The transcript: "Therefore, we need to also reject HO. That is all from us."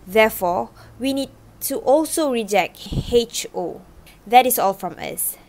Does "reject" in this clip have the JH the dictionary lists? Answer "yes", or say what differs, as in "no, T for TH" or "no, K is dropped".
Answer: yes